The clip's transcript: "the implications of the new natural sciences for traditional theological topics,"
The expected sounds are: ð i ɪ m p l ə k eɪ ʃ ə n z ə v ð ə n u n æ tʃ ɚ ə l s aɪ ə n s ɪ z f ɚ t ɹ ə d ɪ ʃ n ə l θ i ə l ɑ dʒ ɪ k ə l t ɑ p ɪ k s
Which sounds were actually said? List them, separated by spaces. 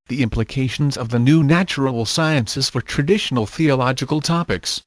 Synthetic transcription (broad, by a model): ð i ɪ m p l ə k eɪ ʃ ə n z ə v ð ə n u n æ tʃ ɚ ə l s aɪ ə n s ɪ z f ɚ t ɹ ə d ɪ ʃ n ə l θ i ə l ɑ dʒ ɪ k ə l t ɑ p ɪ k s